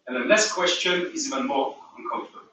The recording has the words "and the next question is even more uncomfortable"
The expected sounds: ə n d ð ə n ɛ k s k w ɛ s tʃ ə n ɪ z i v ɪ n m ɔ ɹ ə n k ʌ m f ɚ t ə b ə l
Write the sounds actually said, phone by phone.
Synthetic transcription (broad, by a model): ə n ð ə l ɛ s k w ɛ s tʃ ə n ɪ z i v ɪ n m ɔ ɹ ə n k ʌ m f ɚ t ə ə